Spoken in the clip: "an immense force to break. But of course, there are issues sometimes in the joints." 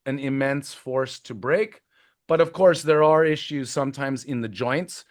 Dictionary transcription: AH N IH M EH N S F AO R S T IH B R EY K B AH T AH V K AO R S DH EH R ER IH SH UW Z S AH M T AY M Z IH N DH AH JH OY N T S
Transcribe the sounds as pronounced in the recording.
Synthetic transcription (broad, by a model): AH N IH M EH N S F AO R S T IH B R EY K B AH T AH V K AO R S DH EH R ER IH SH UW Z S AH M T AY M Z IH N DH AH JH OY N T S